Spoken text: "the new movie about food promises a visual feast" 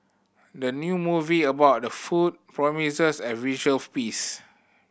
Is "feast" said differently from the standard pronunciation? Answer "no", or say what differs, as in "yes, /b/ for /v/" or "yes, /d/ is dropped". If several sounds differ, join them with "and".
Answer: yes, /p/ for /f/ and /t/ is dropped